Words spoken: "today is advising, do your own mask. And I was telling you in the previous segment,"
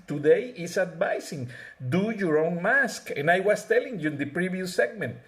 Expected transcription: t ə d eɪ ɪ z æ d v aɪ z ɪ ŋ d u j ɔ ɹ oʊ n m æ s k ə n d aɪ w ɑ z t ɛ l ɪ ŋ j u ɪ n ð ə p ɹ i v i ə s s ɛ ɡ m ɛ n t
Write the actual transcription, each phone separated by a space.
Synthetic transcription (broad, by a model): t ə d eɪ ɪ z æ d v aɪ s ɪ ŋ d u j ɔ ɹ oʊ n m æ s k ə n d aɪ w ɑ s t ɛ l ɪ ŋ j u ɪ n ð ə p ɹ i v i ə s s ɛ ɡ m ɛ n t